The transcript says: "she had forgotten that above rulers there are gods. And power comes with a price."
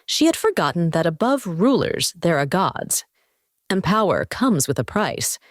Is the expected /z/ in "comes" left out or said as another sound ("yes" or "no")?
no